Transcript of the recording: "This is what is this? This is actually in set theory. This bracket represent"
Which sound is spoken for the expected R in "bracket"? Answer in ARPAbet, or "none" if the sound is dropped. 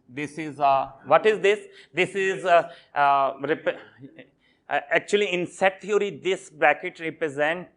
L